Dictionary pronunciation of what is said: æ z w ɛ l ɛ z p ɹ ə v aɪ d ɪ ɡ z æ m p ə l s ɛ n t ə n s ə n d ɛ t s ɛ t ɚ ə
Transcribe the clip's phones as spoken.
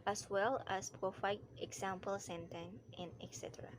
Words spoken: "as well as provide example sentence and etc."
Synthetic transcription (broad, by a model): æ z w ɛ l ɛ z p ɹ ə f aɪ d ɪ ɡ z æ m p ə l s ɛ n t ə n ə n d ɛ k s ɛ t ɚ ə